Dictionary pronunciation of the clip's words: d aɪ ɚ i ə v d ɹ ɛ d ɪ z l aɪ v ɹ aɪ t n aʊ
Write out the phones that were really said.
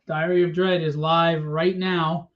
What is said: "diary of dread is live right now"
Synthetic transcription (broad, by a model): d aɪ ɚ i ə v d ɹ ɛ d ɪ z l aɪ v ɹ aɪ t n aʊ